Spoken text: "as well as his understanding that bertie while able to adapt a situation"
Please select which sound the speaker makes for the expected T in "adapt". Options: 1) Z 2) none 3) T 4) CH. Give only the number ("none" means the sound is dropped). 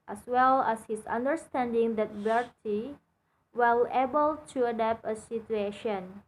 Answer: 2